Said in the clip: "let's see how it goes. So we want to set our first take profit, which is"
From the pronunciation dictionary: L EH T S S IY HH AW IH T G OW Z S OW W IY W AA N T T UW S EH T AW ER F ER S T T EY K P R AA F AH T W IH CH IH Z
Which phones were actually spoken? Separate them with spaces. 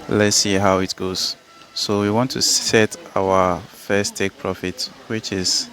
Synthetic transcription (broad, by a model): L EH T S S IY HH AW IH T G OW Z S OW W IY W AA N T T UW S EH T AW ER F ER S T T EY K P R AA F AH T W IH CH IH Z